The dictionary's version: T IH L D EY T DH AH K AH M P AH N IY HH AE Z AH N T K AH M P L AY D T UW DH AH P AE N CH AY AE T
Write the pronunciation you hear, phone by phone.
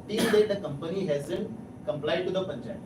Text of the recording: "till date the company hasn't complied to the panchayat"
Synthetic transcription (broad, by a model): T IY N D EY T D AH K AH M P AH N IY HH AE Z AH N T K AH M P L AY D T UW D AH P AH N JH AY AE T